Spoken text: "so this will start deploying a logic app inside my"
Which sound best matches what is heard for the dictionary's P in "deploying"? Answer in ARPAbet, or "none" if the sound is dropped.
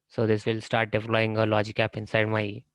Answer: F